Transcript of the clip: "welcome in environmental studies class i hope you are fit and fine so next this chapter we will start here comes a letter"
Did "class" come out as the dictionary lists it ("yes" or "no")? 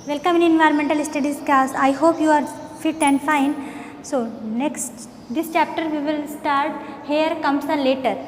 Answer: no